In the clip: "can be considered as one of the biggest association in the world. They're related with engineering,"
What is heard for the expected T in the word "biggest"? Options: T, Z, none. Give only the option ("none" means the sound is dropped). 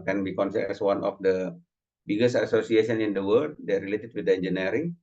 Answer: none